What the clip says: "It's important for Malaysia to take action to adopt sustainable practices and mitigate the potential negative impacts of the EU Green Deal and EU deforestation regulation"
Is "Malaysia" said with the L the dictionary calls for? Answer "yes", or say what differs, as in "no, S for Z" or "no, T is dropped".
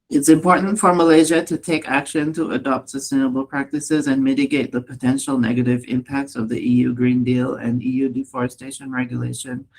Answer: yes